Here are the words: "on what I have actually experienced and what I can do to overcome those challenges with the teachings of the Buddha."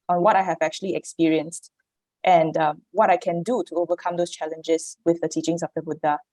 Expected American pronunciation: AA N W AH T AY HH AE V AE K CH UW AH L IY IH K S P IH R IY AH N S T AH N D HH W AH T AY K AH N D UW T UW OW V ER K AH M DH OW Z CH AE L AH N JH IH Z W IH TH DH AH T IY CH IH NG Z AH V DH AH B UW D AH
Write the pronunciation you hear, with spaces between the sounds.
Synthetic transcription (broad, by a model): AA N W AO T AY HH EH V AE K CH UW AH L IY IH K S P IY R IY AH N S T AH N D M W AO T AY K AH N D UW T UW OW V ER K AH M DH OW S CH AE L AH N JH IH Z W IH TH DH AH T IY CH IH NG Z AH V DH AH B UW D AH